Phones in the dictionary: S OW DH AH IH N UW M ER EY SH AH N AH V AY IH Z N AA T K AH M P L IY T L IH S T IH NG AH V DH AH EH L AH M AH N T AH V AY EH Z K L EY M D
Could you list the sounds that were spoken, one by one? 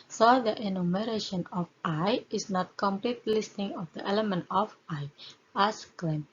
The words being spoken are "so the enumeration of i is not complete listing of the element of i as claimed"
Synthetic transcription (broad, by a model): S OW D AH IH N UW M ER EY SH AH N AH F AY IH S N AA T K AH M P L IY T L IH S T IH NG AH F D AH EH L AH M AH N T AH F AY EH S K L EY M